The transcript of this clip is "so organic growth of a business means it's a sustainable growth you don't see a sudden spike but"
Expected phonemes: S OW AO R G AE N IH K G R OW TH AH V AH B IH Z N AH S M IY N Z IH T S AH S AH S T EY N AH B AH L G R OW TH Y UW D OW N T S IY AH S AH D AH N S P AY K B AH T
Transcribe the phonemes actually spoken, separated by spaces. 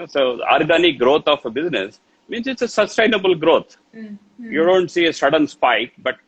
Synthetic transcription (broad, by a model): S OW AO R G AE N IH K G R OW T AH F B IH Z N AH S M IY N S IH T S AH S AH S T EY N AH B AH L G R OW T Y UW D OW N T S IY AH S AH D AH N S P AY K B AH T